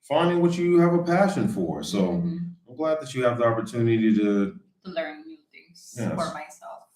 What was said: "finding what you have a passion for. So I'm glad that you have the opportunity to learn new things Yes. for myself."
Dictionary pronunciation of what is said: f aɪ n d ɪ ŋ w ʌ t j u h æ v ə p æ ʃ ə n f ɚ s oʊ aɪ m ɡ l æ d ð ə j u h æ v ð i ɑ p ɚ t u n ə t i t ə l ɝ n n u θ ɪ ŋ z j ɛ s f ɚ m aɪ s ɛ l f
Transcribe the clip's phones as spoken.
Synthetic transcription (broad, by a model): f aɪ n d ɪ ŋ w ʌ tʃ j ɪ v ə p æ ʃ ə n f ɚ s oʊ aɪ m ɡ l æ d ð ə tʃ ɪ v ð i ɑ p ɚ t u n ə t i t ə l ɝ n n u θ ɪ ŋ z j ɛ f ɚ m aɪ s ɛ l f